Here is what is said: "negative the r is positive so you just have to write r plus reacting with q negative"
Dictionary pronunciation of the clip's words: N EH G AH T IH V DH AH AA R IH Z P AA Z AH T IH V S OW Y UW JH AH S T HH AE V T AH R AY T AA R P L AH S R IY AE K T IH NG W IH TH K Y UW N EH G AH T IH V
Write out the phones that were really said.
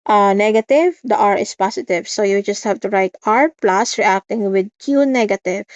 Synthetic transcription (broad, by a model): N EH G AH T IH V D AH AA R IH S P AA S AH T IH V S OW Y UW JH AH S T HH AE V T AH R AY T AA R P L AH S R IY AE K T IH NG W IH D K Y UW N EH G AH T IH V